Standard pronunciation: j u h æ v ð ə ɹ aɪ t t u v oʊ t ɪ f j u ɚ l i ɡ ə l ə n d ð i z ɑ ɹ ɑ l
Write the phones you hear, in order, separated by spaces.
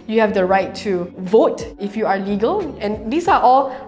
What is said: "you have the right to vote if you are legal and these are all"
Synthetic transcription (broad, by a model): j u h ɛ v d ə ɹ aɪ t t u v oʊ t ɪ f j u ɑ l i ɡ ə l ə n d i s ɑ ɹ ɑ l